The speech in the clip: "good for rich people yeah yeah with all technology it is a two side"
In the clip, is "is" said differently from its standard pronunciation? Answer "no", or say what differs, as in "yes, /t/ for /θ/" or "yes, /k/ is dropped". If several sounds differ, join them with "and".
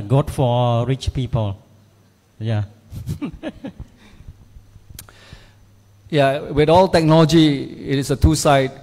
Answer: yes, /s/ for /z/